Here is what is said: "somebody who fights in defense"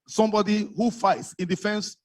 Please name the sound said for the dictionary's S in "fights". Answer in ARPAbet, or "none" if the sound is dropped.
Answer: S